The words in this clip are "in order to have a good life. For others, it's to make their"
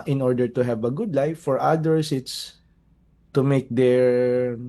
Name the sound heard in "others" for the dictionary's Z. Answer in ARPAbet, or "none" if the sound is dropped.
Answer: S